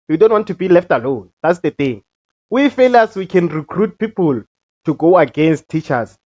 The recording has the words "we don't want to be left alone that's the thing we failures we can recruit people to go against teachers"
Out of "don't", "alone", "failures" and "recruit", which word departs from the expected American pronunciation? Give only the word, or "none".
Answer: failures